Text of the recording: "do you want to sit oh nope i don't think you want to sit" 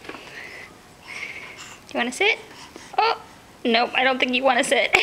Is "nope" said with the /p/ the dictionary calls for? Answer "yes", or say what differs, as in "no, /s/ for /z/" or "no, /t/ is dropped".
no, /p/ is dropped